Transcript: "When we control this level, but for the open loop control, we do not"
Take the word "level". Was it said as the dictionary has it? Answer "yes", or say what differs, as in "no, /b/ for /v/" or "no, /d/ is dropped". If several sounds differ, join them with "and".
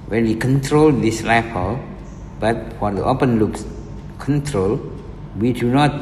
no, /f/ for /v/